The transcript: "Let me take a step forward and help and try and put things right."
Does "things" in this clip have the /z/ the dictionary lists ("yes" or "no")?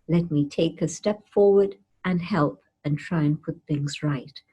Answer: yes